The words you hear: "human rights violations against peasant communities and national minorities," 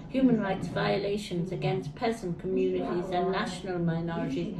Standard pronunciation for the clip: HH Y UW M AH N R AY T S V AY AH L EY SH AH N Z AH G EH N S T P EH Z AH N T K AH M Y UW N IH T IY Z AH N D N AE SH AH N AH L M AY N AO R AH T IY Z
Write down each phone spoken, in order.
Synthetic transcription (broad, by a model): HH Y UW M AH N R AY T S V AY AH L EY SH AH N Z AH G EH N S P EH Z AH N K AH M Y UW N IH T IY Z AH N N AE SH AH N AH L M AY N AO R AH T IY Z